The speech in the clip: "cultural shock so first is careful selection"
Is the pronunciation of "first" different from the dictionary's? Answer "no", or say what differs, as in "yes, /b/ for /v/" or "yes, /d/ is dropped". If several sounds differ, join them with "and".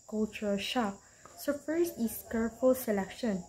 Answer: yes, /p/ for /f/